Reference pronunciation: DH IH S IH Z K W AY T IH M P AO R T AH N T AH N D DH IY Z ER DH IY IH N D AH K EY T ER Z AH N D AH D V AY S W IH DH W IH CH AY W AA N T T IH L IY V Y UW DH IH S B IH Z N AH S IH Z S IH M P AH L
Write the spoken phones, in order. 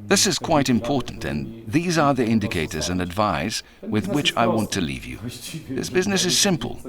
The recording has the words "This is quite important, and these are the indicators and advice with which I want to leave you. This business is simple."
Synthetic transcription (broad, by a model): DH IH S IH Z K W AY T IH M P AO R T N T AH N DH IY Z ER DH IY IH N D AH K EY T ER Z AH N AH D V AY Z W IH DH W IH CH AY W AA N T T IH L IY V Y UW DH IH S B IH Z N AH S IH Z S IH M P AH L